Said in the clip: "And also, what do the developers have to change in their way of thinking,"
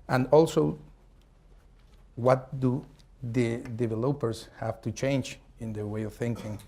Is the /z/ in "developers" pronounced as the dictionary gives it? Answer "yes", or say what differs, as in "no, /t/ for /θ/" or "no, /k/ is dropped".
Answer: no, /s/ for /z/